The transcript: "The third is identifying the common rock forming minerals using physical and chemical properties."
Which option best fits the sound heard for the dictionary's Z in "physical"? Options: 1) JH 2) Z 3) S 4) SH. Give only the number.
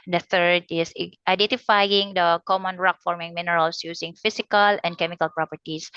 3